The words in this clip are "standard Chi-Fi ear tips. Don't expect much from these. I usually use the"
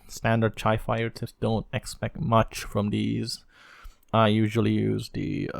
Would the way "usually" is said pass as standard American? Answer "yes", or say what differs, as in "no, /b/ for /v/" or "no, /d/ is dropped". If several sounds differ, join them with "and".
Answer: yes